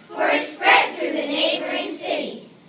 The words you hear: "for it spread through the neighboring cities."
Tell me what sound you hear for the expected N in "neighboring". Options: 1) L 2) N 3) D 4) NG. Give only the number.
2